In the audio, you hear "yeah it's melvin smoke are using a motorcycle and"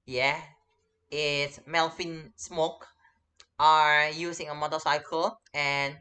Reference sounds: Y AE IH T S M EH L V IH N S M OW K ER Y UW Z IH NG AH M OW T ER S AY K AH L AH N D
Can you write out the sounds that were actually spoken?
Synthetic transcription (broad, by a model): Y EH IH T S M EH L F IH N S M OW K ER Y UW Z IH NG AH M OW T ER S AY K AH L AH N